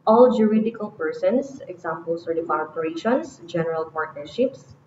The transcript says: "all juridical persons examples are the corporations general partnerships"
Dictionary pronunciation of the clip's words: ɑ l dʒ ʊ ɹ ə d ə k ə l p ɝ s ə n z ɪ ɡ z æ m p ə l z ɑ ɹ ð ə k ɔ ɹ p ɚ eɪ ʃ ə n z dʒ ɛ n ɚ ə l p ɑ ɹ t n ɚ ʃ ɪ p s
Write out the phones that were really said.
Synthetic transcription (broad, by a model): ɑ l dʒ ʊ ɹ ə d ə k ə l p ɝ s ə n s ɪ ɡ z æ m p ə l s ɑ ɹ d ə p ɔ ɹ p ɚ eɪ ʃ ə n s dʒ ɛ n ɚ ə l p ɑ ɹ t n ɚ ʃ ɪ p s